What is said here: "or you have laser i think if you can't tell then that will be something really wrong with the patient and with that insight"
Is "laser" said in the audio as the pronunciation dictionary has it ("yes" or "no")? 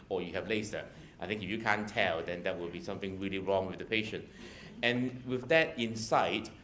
no